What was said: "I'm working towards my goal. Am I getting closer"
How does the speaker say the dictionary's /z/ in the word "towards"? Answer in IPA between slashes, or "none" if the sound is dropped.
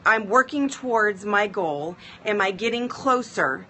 /z/